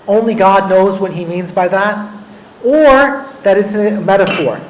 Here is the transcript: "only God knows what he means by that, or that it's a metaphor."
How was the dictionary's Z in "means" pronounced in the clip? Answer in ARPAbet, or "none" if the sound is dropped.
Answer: Z